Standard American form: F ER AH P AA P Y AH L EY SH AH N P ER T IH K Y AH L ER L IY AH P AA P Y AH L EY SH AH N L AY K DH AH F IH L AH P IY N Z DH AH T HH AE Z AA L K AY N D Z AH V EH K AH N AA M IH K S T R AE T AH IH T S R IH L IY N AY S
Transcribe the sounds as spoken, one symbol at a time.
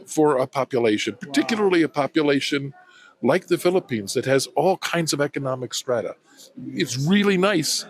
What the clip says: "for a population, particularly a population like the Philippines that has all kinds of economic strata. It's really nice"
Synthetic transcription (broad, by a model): F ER AH P AA P Y AH L EY SH AH N P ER T IH K Y L ER L IY AH P AA P Y AH L EY SH AH N L AY K DH AH F IH L AH P IY N Z DH AH T HH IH Z AA L K AY N D Z AH V EH K AH N AA M IH K S T R AE T AH IH T S R IH L IY N AY S